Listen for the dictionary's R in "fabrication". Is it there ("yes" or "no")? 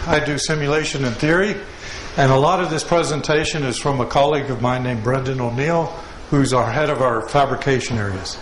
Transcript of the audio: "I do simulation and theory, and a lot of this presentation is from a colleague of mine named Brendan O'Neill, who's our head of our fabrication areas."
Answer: yes